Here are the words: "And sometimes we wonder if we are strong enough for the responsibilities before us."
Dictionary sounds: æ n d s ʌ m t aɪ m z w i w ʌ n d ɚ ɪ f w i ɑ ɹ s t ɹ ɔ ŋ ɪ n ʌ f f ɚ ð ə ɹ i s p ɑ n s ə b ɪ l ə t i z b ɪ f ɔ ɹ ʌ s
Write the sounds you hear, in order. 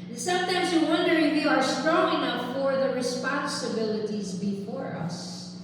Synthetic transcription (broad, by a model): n s ʌ m t aɪ m z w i w ʌ n d ɚ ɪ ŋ w i ɑ ɹ s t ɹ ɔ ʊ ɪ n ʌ p f ɚ ð ə ɹ i s p ɑ n s ə b ɪ l ə t i z b ɪ f ɔ ɹ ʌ s